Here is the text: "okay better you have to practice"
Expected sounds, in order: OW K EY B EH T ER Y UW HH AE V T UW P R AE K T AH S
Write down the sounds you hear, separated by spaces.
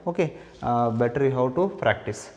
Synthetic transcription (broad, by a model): OW K EY B EH T ER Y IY HH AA W T UW P R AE K T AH S